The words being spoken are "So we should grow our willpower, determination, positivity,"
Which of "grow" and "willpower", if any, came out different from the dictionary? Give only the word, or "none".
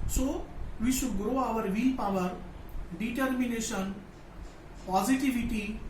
willpower